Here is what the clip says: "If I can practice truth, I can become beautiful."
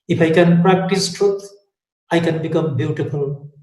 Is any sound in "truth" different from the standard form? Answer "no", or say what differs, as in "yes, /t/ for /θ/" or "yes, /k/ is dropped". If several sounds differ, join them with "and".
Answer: yes, /t/ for /θ/